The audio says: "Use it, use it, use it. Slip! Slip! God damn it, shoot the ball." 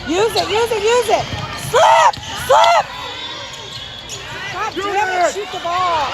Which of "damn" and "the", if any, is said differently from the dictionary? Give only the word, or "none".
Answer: damn